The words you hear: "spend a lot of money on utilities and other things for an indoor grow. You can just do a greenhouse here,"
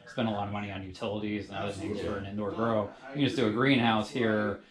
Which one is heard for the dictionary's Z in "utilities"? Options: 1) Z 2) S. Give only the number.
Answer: 1